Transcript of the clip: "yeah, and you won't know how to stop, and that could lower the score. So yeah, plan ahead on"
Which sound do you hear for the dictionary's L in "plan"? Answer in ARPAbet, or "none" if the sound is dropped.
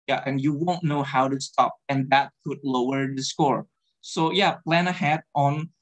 L